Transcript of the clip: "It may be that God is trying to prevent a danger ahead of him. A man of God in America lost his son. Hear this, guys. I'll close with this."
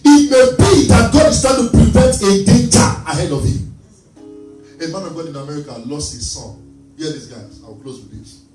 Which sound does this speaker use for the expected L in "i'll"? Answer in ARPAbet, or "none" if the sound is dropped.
W